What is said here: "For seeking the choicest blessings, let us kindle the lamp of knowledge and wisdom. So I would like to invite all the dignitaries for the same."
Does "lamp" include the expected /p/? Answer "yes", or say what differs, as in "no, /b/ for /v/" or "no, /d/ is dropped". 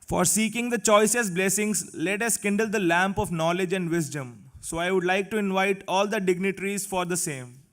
yes